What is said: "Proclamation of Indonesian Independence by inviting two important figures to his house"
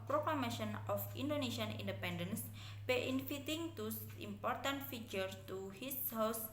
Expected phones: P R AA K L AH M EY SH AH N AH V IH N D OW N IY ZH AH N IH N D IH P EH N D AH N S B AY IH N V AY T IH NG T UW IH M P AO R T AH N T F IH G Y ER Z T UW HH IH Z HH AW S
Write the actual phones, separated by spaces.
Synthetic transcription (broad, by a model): P R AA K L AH M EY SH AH N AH F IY N D OW N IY SH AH N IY N D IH P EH N D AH N S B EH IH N F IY T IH NG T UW IH M P AO R T AH N T F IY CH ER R T UW HH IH S HH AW S